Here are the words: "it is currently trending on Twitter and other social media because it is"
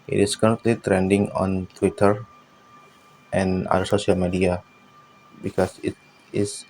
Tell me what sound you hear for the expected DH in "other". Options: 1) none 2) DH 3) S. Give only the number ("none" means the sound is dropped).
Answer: 1